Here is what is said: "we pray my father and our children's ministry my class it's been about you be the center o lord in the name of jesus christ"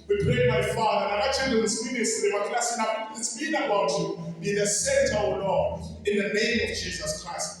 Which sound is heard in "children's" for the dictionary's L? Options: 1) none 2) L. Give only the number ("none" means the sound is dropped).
1